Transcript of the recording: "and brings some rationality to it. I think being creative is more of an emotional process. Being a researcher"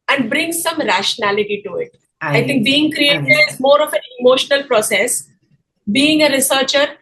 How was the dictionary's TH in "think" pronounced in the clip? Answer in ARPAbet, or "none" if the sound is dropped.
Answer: T